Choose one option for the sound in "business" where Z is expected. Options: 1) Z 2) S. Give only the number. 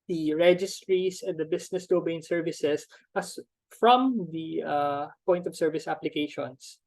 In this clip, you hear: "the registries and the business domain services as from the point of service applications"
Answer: 2